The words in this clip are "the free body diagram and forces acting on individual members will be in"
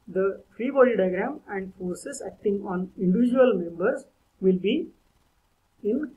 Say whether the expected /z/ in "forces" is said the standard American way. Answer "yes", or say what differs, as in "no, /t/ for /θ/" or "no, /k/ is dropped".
no, /s/ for /z/